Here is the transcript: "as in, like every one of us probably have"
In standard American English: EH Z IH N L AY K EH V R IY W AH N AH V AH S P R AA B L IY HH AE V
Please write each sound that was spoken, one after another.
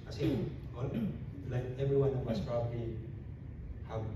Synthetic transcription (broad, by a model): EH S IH L L AY K EH V R IY W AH N AH V AH S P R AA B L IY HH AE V